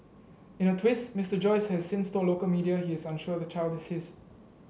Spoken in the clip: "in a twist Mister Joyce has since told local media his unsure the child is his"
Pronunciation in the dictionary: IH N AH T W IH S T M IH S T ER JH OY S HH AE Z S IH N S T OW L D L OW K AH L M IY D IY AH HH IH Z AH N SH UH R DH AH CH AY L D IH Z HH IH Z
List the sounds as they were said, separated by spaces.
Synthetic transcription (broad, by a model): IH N AH T W IH S T M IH S T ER JH OY S HH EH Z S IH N S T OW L L OW K AH L M IY D IY AH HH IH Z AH N SH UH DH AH CH AY L D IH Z HH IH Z